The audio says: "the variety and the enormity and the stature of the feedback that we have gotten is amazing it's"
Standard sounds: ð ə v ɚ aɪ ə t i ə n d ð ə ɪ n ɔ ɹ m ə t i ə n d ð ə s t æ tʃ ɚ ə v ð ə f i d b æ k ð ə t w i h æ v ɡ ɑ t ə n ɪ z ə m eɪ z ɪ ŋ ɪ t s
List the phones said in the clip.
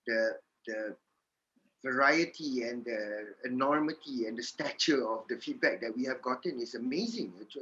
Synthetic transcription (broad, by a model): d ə v ɚ aɪ ə t i ə n d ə ɪ n ɔ ɹ m ə t i ə n d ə s t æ tʃ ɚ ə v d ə f i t b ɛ k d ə t w i h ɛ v ɡ ɑ t ə n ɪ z ə m eɪ z ɪ ŋ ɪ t